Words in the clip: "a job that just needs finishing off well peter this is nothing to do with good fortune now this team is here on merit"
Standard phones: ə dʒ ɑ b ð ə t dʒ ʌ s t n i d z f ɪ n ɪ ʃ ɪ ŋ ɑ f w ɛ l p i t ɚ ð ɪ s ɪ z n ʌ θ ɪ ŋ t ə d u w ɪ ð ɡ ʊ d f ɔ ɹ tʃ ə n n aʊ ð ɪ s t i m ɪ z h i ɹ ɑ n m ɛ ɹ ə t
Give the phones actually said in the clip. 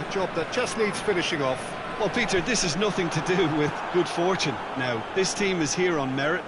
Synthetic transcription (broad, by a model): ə dʒ ɑ b ð ə t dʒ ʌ s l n i d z f ɪ n ɪ ʃ ɪ ŋ ɑ f w ɛ l p i t ɚ ð ɪ s ɪ z n ʌ θ ɪ ŋ t ə d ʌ w ɪ ð ɡ ʊ d f ɔ ɹ tʃ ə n n aʊ ð ɪ s t i m ɪ z h i ɹ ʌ n m ɛ ɹ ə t